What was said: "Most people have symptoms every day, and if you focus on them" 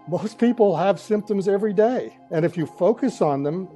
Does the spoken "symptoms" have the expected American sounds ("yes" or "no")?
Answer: yes